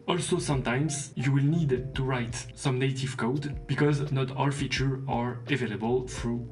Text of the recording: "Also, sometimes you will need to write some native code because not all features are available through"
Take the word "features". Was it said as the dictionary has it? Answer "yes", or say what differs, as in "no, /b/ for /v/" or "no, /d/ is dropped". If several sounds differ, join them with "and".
no, /z/ is dropped